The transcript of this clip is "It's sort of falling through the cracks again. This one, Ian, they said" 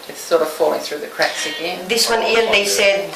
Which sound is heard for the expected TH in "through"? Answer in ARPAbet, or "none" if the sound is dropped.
TH